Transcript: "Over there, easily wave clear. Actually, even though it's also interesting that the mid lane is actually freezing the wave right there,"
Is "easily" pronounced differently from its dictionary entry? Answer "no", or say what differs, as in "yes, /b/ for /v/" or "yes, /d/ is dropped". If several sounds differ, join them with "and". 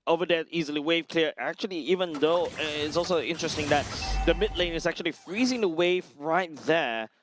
no